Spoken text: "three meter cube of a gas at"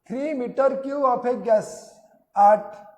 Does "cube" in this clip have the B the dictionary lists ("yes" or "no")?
no